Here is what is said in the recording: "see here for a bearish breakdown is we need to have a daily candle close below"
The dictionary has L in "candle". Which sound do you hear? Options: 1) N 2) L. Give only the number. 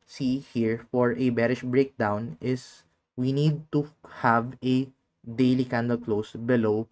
2